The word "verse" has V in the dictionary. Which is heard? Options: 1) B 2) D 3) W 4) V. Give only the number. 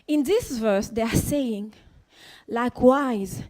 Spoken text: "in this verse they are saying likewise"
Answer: 4